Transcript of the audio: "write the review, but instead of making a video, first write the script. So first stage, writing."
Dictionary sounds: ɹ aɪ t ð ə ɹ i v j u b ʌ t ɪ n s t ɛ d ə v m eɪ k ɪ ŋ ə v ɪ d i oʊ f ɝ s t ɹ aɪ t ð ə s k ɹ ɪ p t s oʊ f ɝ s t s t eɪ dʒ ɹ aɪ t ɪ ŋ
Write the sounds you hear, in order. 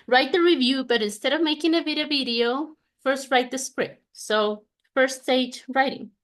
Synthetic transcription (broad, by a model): ɹ aɪ t ð ə ɹ i v j u b ʌ t ɪ n s t ɛ d ə v m eɪ k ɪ ŋ ə v ɪ d i oʊ f ɝ s t ɹ aɪ t ð ə s k ɹ ɪ p t s oʊ f ɝ s t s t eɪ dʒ ɹ aɪ t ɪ ŋ